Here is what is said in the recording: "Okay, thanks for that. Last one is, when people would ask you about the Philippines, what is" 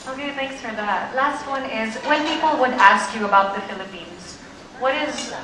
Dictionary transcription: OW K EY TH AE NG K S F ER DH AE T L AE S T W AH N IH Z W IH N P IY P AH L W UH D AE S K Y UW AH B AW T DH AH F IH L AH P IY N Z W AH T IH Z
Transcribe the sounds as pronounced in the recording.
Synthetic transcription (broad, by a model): OW K EY TH AE NG K S F ER DH AE T L AE S T W AH N IH Z W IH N P IY P L W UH D AE S K Y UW AH B AW T DH AH F IH L AH P IY N Z W AH T IH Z